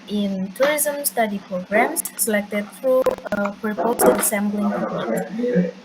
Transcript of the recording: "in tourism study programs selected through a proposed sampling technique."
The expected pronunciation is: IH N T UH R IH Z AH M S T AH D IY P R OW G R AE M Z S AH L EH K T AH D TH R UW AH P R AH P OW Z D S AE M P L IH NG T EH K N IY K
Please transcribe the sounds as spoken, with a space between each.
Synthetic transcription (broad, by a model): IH N T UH R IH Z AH M S T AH D IY P R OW G R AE M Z S AH L EH K T AH D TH R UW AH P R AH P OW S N S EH M B L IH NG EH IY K